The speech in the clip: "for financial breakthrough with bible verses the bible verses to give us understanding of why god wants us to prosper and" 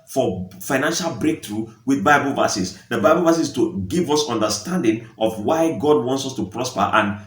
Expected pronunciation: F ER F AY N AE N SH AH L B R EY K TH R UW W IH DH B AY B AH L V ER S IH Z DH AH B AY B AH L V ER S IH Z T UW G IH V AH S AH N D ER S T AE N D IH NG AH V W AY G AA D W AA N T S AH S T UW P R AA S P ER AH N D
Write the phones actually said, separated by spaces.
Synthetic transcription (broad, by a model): F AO F AY N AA N SH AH L B R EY K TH R UW W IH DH B AY B AH L V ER S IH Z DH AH B AY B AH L V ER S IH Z T UW G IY V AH S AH N D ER S T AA N D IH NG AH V W AY G AA D W AA N T S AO S T UW P R AA S P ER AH N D